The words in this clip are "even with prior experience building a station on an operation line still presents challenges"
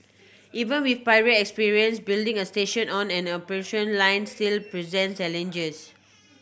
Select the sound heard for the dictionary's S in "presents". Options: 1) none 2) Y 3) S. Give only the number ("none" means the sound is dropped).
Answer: 1